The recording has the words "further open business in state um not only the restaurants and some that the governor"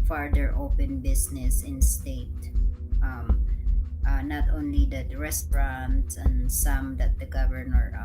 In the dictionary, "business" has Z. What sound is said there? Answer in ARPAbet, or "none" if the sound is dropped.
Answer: S